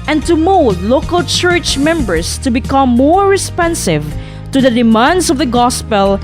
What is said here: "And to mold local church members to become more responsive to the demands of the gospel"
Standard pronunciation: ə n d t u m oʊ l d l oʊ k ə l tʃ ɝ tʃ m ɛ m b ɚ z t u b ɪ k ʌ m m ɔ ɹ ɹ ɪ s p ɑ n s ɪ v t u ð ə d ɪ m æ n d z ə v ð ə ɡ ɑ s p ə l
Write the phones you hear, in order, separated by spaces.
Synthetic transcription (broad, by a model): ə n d t u m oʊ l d l oʊ k ə l tʃ ɝ tʃ m ɛ m b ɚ s t u b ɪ k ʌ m m ɔ ɹ ɹ ɪ s p ɑ n s ɪ v t u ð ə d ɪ m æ n d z ə v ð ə ɡ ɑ s p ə l